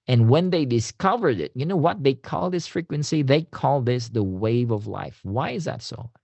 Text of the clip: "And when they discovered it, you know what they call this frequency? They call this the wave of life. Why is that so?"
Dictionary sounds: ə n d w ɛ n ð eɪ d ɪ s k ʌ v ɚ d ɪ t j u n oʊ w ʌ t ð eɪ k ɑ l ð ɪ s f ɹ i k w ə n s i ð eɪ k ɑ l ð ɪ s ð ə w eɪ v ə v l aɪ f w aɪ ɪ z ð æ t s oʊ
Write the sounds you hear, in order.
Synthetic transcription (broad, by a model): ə n w ɛ n ð eɪ d ɪ s k ʌ v ɚ d ɪ t j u n oʊ w ʌ t ð eɪ k ɑ l ð ɪ s f ɹ i k w ə n s i ð eɪ k ɑ l ð ɪ s ð ə w eɪ v ə v l aɪ f w aɪ ɪ z ð æ t s oʊ